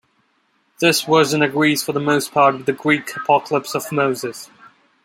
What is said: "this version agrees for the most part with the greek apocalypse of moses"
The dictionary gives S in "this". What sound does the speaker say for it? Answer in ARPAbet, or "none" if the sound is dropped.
S